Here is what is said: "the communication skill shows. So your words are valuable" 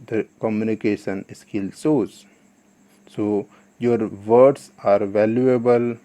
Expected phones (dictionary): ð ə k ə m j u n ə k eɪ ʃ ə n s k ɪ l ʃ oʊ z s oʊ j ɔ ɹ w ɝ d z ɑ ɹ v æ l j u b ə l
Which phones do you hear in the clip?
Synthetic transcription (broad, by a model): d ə k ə m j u n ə k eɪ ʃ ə n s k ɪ l s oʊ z s oʊ j ɔ ɹ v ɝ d s ɑ ɹ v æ l j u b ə l